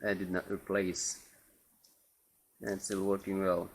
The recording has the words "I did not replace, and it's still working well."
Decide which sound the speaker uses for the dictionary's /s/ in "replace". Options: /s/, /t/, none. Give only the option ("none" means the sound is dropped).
none